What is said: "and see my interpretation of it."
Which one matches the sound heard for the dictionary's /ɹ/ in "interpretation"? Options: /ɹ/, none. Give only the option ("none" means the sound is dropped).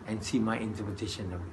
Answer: none